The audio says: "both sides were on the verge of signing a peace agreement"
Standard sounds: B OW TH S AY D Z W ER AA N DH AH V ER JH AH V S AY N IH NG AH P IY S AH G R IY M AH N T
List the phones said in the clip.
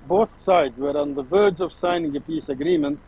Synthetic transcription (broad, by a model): B OW TH S AY D Z W ER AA N DH AH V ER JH AH V S AY N IH NG AH P IY S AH G R IY M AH N T